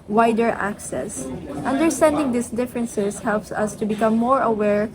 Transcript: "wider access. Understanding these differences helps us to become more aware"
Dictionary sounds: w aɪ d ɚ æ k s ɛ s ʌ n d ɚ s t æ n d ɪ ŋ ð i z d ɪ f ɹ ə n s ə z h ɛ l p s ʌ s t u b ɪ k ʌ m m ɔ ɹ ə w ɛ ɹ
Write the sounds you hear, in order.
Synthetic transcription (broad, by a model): w aɪ d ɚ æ k s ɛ s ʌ n d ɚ s t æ n d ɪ ŋ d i s d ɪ f ɹ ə n s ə s h ɛ l p s ʌ s t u b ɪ k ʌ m m ɔ ɹ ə w ɛ ɹ